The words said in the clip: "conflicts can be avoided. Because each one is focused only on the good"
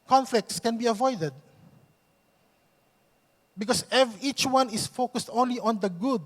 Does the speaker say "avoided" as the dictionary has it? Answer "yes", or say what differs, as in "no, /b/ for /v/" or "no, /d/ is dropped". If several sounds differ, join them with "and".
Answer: yes